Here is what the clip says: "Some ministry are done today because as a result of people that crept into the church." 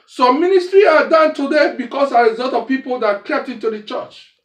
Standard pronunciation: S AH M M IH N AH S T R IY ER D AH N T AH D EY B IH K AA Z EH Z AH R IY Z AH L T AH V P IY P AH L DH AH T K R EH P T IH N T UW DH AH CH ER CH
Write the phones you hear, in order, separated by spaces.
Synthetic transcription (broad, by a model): S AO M M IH N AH S T R IY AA D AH N T AH D EY B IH K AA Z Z AH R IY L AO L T AH V P IY P AH L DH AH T K EH P T IH N T UW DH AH CH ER CH